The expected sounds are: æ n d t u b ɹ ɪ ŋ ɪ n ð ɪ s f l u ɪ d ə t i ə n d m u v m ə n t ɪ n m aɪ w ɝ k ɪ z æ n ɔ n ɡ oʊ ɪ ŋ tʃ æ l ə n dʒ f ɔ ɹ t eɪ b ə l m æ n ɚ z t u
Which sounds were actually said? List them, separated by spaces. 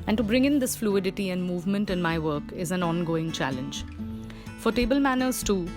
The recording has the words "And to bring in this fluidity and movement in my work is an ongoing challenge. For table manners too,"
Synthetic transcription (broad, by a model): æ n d t u b ɹ ɪ ŋ ɪ n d ɪ s f l u ɪ d ə t i ə n d m u v m ə n t ɪ n m aɪ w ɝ k ɪ z æ n ɔ n ɡ oʊ ɪ ŋ tʃ æ l ə n dʒ f ɔ ɹ t eɪ b ə l m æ n ɚ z t u